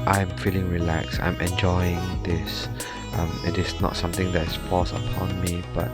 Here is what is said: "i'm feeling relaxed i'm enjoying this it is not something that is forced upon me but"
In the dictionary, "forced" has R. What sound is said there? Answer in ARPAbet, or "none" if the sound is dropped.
L